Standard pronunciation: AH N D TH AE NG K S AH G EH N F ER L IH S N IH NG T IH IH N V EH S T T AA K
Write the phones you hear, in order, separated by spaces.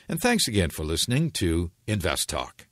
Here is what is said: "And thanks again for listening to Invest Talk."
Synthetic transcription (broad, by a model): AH N TH AE NG K S AH G EH N F ER L IH S N IH NG T IH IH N V EH S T T AA K